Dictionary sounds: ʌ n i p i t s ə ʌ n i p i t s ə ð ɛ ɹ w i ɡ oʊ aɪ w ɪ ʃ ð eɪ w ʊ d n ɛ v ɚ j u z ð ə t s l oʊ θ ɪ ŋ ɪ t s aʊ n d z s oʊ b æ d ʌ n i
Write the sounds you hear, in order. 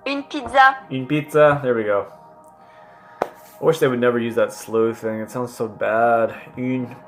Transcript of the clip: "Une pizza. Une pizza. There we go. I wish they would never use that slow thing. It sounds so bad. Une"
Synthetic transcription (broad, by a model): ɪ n p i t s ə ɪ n p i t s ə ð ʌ ɹ w i ɡ oʊ aɪ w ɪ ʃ ð eɪ w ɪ d n ɛ v ɚ j u z ð ə t s l oʊ θ ɪ ŋ ɪ t s aʊ n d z s oʊ b æ d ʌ n